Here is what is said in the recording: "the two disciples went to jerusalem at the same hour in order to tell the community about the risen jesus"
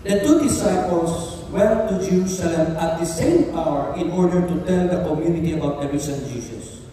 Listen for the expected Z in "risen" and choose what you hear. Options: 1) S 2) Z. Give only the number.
1